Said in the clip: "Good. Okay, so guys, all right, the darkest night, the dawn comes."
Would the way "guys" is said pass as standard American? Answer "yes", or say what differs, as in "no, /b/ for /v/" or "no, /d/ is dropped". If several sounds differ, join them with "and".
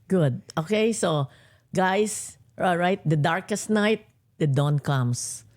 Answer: no, /s/ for /z/